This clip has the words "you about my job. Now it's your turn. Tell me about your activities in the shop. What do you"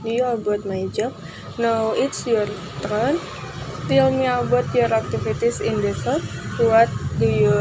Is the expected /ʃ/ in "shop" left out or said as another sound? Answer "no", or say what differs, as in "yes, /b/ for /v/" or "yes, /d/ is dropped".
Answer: yes, /s/ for /ʃ/